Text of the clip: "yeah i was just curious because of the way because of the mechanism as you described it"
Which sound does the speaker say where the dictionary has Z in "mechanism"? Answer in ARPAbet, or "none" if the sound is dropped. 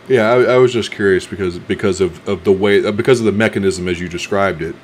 Z